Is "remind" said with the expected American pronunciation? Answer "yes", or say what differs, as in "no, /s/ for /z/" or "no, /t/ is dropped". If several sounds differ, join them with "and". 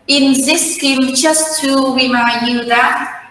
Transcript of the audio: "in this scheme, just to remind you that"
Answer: no, /w/ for /ɹ/